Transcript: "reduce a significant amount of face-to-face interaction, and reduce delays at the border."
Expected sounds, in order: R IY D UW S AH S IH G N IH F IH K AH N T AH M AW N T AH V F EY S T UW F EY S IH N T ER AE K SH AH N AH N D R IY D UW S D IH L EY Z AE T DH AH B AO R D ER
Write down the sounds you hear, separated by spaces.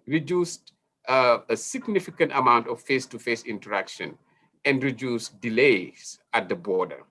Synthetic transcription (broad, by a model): R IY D UW S AH S IH G N IH F IH K AH N T AH M AW N T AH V F EY S T UW F EY S IH N T ER AE K SH AH N AH N D R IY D UW S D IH L EY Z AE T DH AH B AO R D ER